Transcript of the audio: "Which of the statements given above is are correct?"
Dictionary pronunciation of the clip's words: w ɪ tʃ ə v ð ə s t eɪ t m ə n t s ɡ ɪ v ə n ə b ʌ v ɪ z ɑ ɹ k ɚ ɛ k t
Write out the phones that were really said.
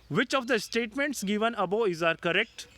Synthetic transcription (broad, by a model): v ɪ tʃ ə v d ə s t eɪ t m ə n t s ɡ ɪ v ə n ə b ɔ ɪ z ɑ ɹ k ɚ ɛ k t